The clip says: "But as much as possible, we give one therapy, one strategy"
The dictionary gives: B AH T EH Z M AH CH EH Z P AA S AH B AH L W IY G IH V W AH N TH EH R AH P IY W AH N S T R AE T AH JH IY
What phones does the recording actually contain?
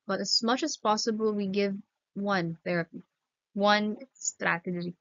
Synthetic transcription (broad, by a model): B AH T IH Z M AH CH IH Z P AA S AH B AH L W IY G IH V W AH N TH EH R AH P IY W AH N S T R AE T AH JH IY